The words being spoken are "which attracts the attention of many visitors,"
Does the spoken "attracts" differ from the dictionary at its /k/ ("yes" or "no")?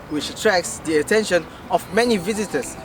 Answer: no